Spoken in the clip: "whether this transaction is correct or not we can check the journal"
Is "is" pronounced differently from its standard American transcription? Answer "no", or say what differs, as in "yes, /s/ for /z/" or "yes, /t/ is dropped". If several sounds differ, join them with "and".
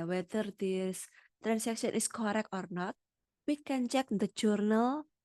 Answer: yes, /s/ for /z/